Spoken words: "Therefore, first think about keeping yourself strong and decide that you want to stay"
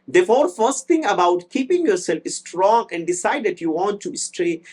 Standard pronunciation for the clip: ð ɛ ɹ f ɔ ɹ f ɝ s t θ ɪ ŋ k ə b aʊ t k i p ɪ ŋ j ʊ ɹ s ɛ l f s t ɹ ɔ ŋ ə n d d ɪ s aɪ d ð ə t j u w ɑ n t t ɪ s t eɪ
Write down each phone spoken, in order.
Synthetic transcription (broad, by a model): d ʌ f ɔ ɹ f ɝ s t t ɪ ŋ ə b aʊ t k i p ɪ ŋ j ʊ ɹ s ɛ l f s t ɹ ɔ ŋ ə n d d ɪ s aɪ d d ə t j u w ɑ n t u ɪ s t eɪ